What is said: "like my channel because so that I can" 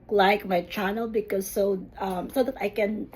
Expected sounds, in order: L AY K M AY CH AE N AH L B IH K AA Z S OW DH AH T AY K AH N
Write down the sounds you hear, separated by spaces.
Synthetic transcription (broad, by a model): L AY K M AY CH AE N AH L B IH K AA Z S OW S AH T AY K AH N